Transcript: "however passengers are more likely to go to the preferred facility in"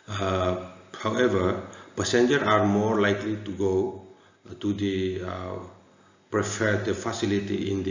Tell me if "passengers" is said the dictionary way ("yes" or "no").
no